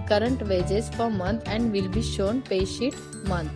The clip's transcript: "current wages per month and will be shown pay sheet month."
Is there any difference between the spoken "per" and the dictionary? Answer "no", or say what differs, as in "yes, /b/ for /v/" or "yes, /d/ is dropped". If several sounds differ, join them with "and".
yes, /f/ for /p/